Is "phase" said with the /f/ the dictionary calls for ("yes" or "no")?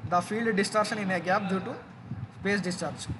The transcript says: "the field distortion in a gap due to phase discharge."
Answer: no